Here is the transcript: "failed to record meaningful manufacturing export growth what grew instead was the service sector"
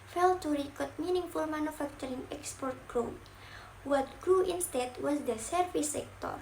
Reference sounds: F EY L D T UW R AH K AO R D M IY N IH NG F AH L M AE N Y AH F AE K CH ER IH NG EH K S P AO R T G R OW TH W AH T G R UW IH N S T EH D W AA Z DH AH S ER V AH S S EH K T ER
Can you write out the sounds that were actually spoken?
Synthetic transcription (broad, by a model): F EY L T UW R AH K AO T M IY N IH NG F AH L M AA N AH F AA K CH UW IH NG EH K S P AO R T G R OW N W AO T G R UW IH N S T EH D W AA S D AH S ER F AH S S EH K T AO